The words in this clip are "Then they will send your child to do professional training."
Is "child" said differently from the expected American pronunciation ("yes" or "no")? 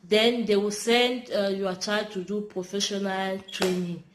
yes